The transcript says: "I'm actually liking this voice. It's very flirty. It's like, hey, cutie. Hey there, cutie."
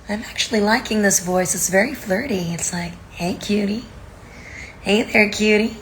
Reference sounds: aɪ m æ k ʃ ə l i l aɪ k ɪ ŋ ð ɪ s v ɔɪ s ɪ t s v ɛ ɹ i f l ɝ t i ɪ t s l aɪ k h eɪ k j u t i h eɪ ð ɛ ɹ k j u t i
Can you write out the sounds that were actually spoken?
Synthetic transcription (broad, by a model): aɪ m æ k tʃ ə l i l aɪ k ɪ ŋ ð ɪ s v ɔɪ s ɪ t s v ɛ ɹ i f l ɝ t i ɪ t s l aɪ k h eɪ k j u t i h eɪ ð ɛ ɹ k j u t i